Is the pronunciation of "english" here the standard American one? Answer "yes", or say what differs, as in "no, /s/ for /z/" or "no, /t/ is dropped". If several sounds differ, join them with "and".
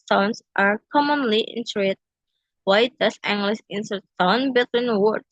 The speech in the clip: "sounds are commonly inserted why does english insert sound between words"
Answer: no, /s/ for /ʃ/